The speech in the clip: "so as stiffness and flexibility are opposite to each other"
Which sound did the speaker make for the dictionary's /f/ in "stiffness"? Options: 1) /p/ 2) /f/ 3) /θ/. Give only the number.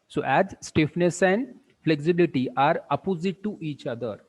2